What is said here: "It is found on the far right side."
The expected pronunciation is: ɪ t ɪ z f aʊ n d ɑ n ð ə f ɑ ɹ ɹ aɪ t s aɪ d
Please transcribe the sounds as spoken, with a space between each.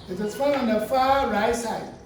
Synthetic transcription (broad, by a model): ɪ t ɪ s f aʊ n ɑ n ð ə f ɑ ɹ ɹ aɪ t s aɪ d